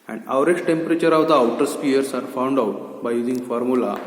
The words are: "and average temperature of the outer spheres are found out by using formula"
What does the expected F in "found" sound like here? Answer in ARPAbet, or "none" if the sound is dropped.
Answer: F